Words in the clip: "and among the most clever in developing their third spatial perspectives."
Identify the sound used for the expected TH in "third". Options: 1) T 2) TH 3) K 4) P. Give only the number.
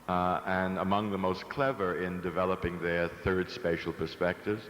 2